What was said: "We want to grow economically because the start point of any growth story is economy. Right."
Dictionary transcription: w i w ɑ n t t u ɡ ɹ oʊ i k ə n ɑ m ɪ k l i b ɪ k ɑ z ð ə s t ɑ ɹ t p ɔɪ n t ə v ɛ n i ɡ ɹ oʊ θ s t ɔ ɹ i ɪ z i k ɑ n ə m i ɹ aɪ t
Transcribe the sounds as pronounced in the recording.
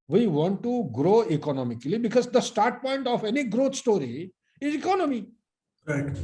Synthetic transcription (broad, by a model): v i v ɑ n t t u ɡ ɹ oʊ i k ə n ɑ m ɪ k l i b ɪ k ɑ z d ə s t ɑ ɹ t p ɔɪ n t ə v ɛ n i ɡ ɹ oʊ t s t ɔ ɹ i ɪ z i k ɑ n ə m i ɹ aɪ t